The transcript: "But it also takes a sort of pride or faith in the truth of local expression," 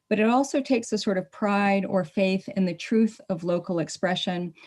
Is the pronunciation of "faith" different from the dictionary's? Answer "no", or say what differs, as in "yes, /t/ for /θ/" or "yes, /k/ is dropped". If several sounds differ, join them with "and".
no